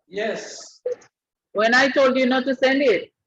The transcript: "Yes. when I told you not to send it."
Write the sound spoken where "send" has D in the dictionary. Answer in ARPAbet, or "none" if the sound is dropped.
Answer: D